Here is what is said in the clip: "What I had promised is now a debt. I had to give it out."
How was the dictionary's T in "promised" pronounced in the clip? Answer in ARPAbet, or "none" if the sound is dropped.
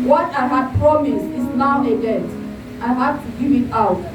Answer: none